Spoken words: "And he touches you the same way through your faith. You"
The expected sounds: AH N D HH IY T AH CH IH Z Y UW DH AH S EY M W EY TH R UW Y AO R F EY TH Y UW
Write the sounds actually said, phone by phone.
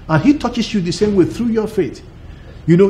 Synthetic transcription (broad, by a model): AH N HH IY T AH CH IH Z Y UW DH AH S EY M W EY TH R UW Y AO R F EY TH Y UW